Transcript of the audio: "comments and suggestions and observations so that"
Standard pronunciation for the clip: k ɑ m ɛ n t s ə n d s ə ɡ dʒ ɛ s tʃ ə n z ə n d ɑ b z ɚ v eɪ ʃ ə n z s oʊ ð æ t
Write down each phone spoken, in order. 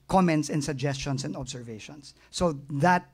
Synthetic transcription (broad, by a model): k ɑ m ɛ n t s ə n s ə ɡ dʒ ɛ s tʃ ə n s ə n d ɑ b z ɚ v eɪ ʃ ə n s oʊ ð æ t